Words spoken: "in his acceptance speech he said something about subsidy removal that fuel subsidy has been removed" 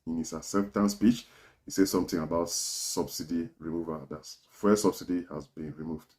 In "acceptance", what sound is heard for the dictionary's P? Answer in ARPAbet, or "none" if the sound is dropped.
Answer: F